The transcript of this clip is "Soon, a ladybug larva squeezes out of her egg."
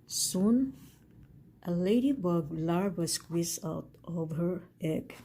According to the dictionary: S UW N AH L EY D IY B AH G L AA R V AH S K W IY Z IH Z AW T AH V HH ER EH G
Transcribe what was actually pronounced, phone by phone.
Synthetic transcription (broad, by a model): S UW N AH L EY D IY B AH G L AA R W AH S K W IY S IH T T AH V HH ER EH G